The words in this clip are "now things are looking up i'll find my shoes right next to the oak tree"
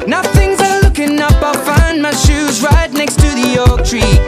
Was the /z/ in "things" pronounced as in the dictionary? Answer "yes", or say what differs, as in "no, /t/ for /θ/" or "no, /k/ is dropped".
yes